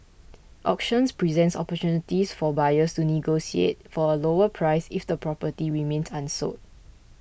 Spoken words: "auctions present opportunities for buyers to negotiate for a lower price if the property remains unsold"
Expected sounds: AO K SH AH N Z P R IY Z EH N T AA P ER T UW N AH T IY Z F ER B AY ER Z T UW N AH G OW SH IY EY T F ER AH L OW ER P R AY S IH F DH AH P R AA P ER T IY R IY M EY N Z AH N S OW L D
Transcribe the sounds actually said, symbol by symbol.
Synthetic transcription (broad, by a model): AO K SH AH N S P R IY Z EH N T AA P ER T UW N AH T IY S F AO B AY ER S T UW N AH G OW S IY EY T F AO AH L OW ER P R AY S IH F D AH P R AA P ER T IY R IY M EY N S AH N S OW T